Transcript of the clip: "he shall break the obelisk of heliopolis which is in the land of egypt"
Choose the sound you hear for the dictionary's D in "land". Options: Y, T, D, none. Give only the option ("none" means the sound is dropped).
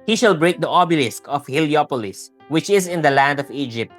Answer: D